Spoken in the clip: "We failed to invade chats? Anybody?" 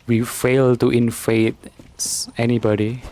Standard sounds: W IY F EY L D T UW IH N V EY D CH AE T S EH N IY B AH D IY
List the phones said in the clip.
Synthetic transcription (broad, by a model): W IY F EY L T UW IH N F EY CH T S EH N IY B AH D IY